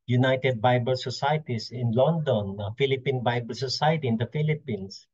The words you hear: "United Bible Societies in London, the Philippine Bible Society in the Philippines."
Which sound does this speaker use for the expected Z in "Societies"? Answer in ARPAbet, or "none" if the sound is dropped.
S